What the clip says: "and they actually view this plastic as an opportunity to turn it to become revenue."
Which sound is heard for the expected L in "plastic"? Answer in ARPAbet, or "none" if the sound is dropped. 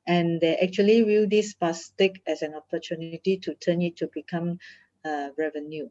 none